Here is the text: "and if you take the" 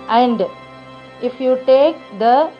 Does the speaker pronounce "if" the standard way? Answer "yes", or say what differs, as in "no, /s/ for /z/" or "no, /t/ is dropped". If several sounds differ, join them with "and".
yes